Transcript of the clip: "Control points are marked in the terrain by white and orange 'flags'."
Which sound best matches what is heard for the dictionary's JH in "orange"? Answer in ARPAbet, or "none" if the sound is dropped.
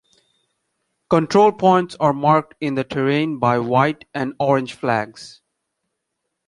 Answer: JH